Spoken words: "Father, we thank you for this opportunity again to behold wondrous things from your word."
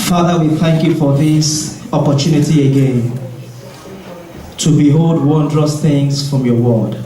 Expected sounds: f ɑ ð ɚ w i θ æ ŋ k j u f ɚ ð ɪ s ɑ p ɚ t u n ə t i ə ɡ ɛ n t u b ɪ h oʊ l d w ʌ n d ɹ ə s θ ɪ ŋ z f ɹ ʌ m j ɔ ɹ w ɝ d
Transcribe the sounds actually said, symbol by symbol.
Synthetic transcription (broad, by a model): f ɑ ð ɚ w i θ æ ŋ k j u f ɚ ð ɪ s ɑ p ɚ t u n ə t i ə ɡ ɛ n t u b ɪ h oʊ l d w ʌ n d ɹ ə s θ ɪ ŋ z f ɹ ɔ m j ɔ w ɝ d